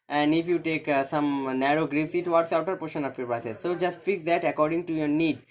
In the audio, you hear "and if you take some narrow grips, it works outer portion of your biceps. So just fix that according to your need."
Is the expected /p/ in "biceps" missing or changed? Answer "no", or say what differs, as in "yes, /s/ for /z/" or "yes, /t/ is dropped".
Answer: yes, /p/ is dropped